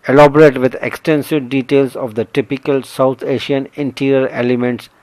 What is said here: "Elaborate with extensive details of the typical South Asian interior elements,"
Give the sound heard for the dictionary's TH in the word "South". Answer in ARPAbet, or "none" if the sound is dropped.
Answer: T